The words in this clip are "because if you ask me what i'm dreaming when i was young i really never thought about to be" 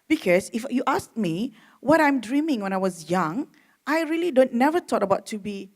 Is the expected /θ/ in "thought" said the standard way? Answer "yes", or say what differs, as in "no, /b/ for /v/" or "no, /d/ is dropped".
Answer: no, /t/ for /θ/